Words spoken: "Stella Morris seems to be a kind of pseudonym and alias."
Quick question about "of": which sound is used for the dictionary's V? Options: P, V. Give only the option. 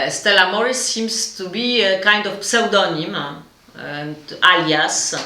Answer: P